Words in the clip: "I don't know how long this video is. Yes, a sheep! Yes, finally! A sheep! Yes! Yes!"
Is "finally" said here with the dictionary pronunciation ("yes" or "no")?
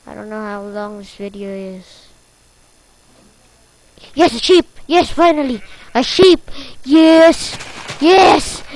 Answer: yes